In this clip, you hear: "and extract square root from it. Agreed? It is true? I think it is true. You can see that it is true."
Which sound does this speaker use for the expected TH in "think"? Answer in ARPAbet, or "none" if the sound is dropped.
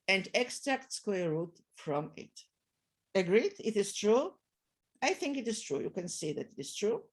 TH